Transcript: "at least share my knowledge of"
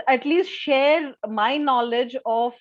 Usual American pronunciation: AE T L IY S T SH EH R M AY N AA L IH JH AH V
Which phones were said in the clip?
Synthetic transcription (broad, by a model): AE T L IY S T SH EH R M AY N AA L IH JH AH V